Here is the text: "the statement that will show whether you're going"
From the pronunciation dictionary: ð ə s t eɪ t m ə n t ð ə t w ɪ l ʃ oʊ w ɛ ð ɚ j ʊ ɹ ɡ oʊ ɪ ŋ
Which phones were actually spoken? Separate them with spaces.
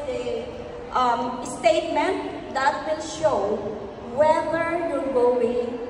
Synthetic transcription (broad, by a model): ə s t eɪ t m ə n t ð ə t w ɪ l ʃ oʊ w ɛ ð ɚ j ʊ l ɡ oʊ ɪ